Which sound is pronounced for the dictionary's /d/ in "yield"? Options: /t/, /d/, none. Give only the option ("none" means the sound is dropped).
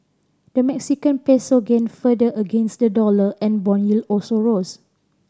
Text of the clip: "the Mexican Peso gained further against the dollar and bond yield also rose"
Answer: none